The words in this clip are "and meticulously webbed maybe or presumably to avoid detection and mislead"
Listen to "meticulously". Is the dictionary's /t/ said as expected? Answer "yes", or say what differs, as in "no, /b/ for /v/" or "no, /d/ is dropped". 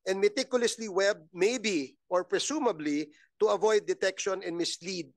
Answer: yes